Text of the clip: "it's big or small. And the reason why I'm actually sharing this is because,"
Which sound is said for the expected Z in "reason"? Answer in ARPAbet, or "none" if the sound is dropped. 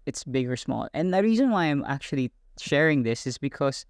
Z